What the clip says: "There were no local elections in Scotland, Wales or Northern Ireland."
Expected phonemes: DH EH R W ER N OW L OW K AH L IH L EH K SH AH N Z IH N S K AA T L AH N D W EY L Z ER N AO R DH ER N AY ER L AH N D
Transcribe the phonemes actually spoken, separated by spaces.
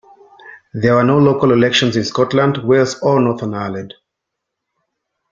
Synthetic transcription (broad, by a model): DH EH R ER N OW L OW K AH L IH L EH K SH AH N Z IH N S K AA T L AH N D W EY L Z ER N AO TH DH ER N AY L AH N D